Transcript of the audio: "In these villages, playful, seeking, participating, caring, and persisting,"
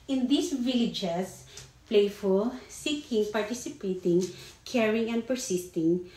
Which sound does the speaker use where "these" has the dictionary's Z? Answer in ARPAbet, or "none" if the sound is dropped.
S